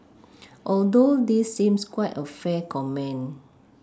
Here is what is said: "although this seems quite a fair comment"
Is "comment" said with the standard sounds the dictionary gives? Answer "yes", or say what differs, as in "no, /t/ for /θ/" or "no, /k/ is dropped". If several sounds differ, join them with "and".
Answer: no, /t/ is dropped